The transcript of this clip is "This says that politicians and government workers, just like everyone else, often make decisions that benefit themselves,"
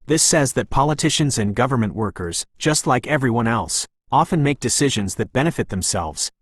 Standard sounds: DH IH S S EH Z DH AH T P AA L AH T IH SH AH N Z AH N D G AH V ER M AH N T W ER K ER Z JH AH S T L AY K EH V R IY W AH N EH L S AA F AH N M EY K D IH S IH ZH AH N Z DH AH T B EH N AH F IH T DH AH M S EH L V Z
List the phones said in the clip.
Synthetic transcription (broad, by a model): DH IH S S EH Z DH AH T P AA L AH T IH SH AH N Z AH N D G AH V ER M AH N T W ER K ER Z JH AH S T L AY K EH V R IY W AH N EH L S AA F AH N M EY K D IH S IH ZH AH N Z DH AH T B EH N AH F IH T DH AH M S EH L V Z